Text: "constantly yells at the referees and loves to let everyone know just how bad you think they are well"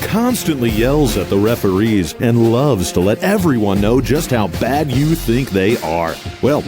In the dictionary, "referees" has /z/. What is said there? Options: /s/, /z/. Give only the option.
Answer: /z/